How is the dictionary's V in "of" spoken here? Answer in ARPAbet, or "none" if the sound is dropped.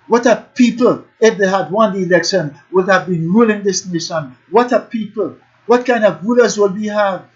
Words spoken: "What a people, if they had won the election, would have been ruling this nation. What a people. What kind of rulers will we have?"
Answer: V